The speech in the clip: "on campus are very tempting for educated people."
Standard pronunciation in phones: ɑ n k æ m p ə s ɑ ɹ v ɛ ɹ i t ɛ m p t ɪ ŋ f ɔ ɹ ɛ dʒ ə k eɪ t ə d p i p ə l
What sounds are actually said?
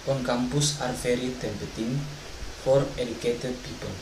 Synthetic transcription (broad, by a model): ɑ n k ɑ m p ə s ɑ ɹ f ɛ ɹ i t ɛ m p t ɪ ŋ f ɔ ɹ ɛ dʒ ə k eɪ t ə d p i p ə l